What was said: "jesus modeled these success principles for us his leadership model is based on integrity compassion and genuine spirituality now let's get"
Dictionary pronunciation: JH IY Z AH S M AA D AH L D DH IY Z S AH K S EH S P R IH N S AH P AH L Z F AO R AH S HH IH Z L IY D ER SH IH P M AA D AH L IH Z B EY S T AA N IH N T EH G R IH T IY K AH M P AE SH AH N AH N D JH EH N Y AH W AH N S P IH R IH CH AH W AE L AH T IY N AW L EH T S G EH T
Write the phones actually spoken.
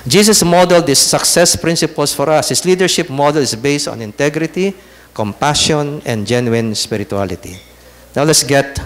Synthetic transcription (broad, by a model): JH IY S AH S M AA D AH L D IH S AH K S EH S P R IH N S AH P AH L S F AO R AH S HH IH S L IY D ER SH IH P M AA D AH L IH S B EY S T AA N IH N T EH G R IH T IY K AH M P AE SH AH N AH N D JH EH N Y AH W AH N S P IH R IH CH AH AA L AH T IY N AW L EH T S G EH T